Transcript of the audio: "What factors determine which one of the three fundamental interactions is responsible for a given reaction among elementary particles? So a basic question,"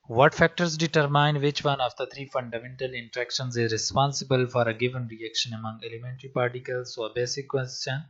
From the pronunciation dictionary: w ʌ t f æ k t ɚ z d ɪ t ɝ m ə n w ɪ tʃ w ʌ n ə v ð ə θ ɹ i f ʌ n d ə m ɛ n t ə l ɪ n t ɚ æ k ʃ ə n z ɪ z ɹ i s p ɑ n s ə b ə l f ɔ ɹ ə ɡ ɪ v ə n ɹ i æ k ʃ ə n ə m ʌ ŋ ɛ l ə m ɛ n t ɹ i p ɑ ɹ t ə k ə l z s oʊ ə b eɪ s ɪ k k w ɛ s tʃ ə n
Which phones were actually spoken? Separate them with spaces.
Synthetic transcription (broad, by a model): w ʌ t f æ k t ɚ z d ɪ t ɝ m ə n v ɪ tʃ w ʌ n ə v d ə t ɹ i f ʌ n d ə m ɛ n t ə l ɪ n t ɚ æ k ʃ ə n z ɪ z ɹ i s p ɑ n s ə b ə l f ɔ ɹ ə ɡ ɪ v ə n ɹ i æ k ʃ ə n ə m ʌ ŋ ɛ l ə m ɛ n t ɹ i p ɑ ɹ t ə k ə l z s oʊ ə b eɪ s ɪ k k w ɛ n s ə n